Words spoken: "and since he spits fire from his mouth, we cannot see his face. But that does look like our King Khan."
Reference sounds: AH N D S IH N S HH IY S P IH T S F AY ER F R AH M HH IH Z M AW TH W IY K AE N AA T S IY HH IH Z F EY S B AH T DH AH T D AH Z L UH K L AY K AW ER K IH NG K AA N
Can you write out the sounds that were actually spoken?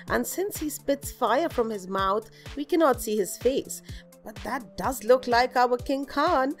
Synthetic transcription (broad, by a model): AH N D S IH N S HH IY S P IH T S F AY ER F R AH M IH Z M AW TH W IY K AE N AA T S IY HH IH Z F EY S B AH T DH AH T D AH Z L UH K L AY K AW ER K IH NG K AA N